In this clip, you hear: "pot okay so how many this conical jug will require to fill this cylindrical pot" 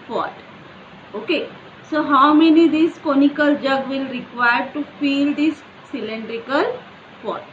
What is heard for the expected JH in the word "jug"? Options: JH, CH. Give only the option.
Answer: JH